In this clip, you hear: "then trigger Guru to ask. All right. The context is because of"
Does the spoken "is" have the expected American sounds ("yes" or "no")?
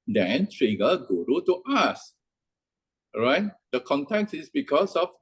no